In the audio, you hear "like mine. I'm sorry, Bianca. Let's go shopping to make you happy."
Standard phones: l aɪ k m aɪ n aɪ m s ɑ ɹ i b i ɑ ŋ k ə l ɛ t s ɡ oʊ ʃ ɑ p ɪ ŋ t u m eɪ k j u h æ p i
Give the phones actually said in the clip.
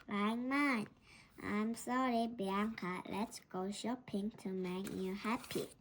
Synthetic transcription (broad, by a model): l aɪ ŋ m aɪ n aɪ m s ɑ ɹ i b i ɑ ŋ k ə l ɛ t s ɡ oʊ ʃ ɑ p ɪ ŋ t u m eɪ k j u h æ p i